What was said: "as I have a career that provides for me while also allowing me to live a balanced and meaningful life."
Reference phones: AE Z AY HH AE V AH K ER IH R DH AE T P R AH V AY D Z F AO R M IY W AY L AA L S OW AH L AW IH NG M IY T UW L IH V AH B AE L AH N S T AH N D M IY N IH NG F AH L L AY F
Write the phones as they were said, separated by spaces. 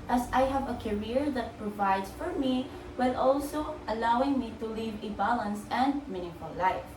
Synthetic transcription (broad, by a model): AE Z AY HH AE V AH K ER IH R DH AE T P R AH V AY D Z F AO R M IY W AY L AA L S OW AH L AW IH NG M IY T UW L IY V AH B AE L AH N S AH N D M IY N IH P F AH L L AY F